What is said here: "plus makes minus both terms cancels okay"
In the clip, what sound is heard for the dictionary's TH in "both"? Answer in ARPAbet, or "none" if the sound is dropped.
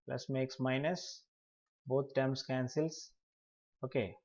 T